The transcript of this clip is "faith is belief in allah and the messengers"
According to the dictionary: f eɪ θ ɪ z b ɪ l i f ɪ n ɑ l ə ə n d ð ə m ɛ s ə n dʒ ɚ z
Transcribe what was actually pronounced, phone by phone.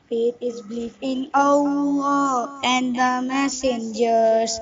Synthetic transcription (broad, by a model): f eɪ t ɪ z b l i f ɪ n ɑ ə ə n d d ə m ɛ s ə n dʒ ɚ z